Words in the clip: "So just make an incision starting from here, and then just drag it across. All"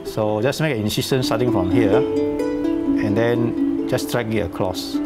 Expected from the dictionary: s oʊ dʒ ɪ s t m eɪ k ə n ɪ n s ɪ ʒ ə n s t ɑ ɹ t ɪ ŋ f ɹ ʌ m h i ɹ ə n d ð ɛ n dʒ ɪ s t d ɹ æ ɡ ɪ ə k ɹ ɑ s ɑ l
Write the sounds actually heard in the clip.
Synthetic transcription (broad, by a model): s oʊ dʒ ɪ s m eɪ k ə n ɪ n s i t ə n s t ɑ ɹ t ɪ ŋ f ɹ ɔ m h i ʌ ə n d ɛ n dʒ ɪ s t ɹ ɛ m ɪ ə k l ɑ s